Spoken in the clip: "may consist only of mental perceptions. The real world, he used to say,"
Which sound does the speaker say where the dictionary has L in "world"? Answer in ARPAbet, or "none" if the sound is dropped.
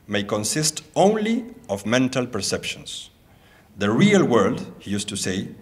L